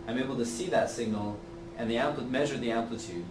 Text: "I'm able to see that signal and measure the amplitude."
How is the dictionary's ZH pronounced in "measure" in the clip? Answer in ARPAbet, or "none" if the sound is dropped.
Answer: ZH